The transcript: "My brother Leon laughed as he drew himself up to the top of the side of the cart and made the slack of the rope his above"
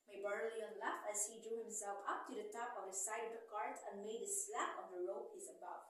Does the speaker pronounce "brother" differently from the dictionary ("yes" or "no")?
yes